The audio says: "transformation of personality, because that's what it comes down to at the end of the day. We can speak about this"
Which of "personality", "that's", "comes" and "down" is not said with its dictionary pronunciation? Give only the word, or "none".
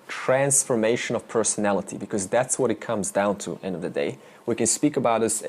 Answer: none